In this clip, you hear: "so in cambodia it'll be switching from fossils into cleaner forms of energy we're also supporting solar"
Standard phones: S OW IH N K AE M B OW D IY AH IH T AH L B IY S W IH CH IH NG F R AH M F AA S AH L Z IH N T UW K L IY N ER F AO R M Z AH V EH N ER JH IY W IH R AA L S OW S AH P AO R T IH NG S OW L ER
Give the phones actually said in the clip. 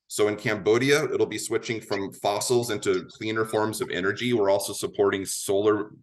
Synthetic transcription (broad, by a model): S OW IH N K AE M B OW D IY AH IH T L B IY S W IH CH IH NG F R AH M F AA S L Z IH N T UW K L IY N ER F AO R M Z AH V EH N ER JH IY W IH R AA L S OW S AH P AO R T IH NG S OW L ER